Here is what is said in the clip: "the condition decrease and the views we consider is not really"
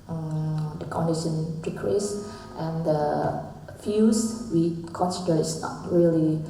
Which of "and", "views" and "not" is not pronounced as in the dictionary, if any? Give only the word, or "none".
views